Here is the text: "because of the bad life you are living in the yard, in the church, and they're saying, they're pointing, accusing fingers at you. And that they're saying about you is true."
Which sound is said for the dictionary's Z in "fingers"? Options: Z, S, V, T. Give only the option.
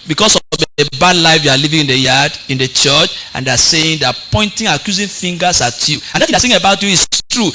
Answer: S